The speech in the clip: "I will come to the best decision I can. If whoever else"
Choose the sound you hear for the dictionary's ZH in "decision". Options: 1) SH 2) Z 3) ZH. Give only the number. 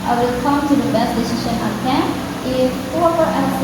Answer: 1